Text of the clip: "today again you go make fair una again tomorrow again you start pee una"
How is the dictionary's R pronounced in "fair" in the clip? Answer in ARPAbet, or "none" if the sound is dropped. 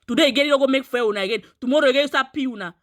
W